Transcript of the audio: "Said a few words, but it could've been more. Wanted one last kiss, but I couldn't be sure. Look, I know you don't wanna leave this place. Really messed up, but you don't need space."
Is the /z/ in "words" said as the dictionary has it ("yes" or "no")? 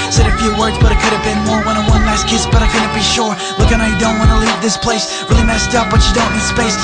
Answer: yes